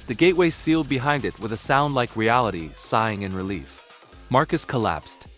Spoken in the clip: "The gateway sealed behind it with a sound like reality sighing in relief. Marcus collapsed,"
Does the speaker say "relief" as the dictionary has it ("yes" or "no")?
yes